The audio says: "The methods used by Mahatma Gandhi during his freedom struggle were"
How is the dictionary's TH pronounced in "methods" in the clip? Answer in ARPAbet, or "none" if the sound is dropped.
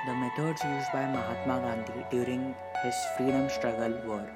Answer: T